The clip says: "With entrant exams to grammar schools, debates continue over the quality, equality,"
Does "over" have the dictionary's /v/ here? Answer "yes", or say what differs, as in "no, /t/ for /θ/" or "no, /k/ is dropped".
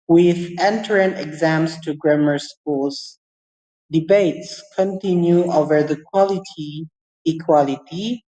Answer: yes